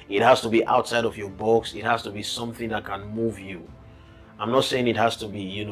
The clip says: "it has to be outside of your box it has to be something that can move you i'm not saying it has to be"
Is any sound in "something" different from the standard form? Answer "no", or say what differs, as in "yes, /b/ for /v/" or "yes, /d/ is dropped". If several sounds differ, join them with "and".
no